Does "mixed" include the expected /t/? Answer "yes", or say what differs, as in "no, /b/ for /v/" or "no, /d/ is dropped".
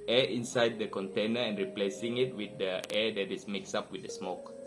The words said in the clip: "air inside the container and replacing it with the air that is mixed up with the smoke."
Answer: no, /t/ is dropped